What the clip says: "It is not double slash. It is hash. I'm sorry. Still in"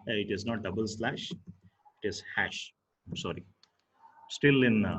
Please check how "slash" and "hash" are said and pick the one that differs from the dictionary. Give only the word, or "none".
none